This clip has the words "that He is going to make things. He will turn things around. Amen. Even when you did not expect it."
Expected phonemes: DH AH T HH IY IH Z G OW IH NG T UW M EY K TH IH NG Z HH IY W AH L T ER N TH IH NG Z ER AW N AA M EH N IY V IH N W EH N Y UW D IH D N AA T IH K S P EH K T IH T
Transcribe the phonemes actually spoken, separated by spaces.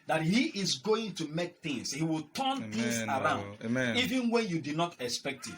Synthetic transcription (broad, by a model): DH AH T HH IY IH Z G OW IH NG T UW M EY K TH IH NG S HH IY W AH L T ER N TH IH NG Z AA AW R AA UH N IY V IH N W EH N Y UW D IH D N AA T IH K S P EH K T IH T